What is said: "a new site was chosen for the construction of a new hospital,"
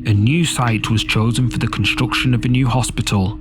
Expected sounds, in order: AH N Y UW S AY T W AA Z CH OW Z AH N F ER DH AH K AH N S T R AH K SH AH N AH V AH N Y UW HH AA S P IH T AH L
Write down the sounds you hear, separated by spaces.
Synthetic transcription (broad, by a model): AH N Y UW S AY T W AA Z CH OW Z AH N F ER DH AH K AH N S T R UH K SH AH N AH V AH N Y UW HH AA S P IH T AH L